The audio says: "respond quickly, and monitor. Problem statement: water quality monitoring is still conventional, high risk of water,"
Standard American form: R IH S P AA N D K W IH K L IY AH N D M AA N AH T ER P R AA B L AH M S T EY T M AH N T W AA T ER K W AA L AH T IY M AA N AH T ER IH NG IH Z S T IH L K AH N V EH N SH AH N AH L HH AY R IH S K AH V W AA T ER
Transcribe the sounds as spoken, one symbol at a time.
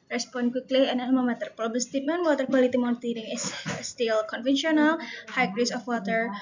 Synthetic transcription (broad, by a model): R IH S P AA N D K W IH K L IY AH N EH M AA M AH T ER P R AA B AH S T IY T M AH N W AA T ER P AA L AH T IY M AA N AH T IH NG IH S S T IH L K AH N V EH N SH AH N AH L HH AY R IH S AH F W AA T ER